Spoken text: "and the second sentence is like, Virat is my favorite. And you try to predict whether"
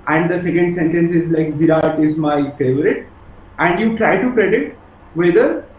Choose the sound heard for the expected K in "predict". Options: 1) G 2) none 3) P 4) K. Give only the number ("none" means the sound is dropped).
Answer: 2